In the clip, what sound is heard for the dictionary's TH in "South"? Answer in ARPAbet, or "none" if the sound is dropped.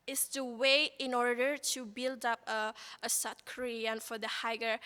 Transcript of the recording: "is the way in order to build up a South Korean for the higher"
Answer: T